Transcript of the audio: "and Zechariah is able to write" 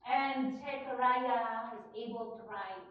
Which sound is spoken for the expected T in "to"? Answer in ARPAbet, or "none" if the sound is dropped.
T